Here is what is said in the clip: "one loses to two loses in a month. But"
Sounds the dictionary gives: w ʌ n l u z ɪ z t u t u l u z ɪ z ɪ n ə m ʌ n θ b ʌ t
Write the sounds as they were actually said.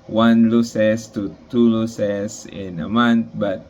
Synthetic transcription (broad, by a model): w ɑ n l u s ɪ s t u t u l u s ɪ s ɪ n ə m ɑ n t b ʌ t